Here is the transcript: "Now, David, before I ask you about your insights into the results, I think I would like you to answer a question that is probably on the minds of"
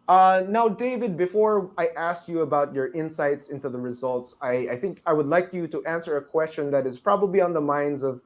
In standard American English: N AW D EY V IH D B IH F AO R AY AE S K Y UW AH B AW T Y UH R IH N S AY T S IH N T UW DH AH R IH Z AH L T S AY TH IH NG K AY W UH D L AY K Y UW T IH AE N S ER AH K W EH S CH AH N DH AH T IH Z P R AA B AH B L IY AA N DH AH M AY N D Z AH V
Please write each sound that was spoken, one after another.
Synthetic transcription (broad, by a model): N AW D EY V IH D B IH F AO R AY AE S K Y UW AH B AW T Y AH R IH N S AY T S IH N T UW DH AH R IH Z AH L T S AY TH IH NG K AY W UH D L AY K Y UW T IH AE N S ER AH K W EH S CH AH N DH AH T IH Z P R AA B AH B L IY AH N DH AH M AY N D Z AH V